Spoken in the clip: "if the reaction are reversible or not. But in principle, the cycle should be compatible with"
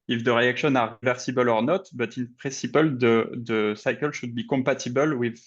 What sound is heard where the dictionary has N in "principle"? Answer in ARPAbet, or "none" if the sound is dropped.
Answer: none